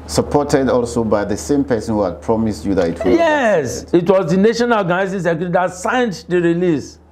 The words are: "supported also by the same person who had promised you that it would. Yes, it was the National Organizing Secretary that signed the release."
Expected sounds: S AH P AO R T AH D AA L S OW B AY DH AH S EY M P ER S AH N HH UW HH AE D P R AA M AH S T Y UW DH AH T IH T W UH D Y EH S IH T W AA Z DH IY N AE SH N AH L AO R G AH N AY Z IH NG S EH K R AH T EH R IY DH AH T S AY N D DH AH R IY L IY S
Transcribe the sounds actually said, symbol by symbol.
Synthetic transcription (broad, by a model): S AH P AO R T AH D AA L S OW B AY DH AH S EY M P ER S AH N HH UW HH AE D P R AA M AH S T Y UW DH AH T IH T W Y EH S IH T W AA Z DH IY N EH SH AH N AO G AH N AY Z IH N S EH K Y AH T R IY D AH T S AY N D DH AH R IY L IY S